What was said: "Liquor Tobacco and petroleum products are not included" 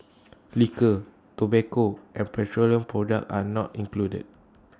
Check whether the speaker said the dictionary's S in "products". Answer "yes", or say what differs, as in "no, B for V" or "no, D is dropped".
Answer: no, S is dropped